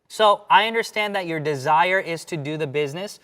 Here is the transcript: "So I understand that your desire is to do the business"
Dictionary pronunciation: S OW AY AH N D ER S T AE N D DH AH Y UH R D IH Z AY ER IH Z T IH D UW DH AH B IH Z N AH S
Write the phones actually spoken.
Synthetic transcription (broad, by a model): S OW AY AH N D ER S T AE N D DH AH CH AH R D IH Z AY ER IH Z T IH D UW DH AH B IH Z N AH S